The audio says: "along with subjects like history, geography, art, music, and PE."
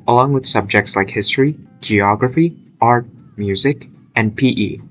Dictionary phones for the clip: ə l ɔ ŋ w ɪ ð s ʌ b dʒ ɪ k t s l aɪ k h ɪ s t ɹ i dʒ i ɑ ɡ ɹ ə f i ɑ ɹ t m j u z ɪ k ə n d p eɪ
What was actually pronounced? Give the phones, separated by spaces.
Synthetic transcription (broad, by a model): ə l ɔ ŋ w ɪ ð s ʌ b dʒ ɪ k t s l aɪ k h ɪ s t ɹ i dʒ i ɑ ɡ ɹ ə f i ɑ ɹ t m j u z ɪ k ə n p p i